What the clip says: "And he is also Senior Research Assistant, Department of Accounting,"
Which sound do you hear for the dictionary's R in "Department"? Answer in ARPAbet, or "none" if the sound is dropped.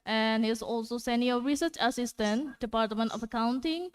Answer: R